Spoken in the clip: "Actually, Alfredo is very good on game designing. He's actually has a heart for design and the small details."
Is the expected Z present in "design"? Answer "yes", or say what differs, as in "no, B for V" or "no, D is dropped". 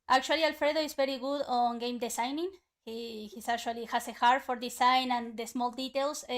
no, S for Z